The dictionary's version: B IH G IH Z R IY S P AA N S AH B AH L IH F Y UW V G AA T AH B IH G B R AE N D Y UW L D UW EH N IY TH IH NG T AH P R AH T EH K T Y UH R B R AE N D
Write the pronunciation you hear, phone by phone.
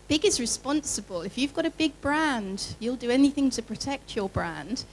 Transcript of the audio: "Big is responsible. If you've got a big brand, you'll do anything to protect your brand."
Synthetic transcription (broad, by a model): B IH G IH Z R IY S P AA N S AH B AH L IH F Y UW V G AA T AH B IH G B R AE N D Y UW L D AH EH N IY TH IH NG T AH P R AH T EH K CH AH R B R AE N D